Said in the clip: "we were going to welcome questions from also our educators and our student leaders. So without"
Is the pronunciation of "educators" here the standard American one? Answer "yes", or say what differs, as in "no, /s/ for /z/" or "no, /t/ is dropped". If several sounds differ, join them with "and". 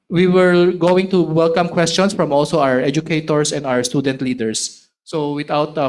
no, /s/ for /z/